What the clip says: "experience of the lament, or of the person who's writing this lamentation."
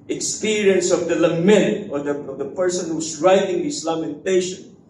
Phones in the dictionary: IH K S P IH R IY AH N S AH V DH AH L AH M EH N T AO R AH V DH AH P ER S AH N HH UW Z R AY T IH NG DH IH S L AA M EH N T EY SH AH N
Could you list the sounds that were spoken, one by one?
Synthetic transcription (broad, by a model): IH K S P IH R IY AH N S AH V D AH L AH M EH N T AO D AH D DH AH P ER S AH N HH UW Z R AY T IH NG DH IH S L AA M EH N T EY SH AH N